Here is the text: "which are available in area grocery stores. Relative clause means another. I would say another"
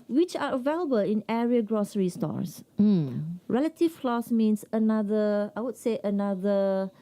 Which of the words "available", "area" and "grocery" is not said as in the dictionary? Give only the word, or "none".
none